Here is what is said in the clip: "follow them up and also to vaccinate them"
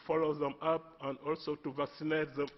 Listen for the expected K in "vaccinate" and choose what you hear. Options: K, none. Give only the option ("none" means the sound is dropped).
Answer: K